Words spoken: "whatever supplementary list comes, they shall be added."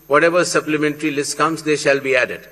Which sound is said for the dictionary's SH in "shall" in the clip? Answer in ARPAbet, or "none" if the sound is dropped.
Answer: SH